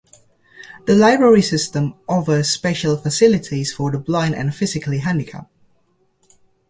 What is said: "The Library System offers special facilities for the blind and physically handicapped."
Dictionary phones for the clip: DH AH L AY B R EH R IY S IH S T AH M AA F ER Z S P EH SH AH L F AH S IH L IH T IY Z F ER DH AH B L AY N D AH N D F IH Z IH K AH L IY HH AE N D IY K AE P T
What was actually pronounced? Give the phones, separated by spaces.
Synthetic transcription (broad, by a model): DH AH L AY B R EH R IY S IH S T AH M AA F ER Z S P EH SH AH L F AH S IH L IH T IY Z F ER DH AH B L AY N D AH N F IH Z IH K AH L IY HH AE N D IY K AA P